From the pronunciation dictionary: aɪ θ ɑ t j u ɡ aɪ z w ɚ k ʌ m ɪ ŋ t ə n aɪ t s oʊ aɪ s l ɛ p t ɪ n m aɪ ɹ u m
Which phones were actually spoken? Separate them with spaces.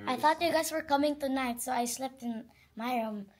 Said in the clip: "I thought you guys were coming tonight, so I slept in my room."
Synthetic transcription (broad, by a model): aɪ θ ɑ t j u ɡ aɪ s w ɚ k ʌ m ɪ ŋ t ə n aɪ t s oʊ aɪ s l ɛ p t ɪ n m aɪ ɹ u m